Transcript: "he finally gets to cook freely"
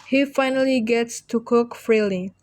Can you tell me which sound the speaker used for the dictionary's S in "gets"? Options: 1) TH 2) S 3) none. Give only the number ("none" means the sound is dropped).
2